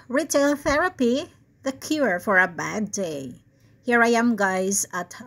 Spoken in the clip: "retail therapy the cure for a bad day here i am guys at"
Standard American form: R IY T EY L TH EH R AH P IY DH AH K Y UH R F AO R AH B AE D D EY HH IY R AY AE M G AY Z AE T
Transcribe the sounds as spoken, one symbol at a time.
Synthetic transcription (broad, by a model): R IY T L TH EH R AH P IY DH AH K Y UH R F AO R AH B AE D D EY HH IY R AY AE M G AY Z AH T